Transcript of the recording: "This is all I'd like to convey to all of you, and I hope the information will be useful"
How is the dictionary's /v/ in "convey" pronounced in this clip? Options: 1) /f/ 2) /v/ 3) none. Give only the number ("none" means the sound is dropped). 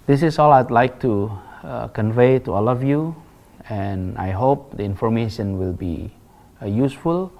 2